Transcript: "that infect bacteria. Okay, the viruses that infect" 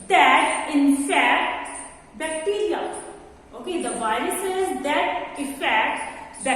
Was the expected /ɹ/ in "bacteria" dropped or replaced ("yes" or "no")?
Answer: yes